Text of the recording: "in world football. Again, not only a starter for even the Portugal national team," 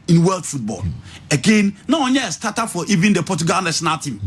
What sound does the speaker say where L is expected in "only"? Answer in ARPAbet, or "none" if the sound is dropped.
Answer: none